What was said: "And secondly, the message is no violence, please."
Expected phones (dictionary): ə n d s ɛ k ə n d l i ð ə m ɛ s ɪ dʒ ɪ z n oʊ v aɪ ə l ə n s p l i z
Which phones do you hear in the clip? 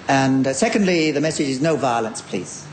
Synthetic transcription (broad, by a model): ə n s ɛ k ə n d l i ð ə m ɛ s ɪ dʒ ɪ z n oʊ v aɪ ə l ə n s p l i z